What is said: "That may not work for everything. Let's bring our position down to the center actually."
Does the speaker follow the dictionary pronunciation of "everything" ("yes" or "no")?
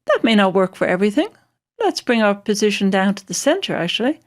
yes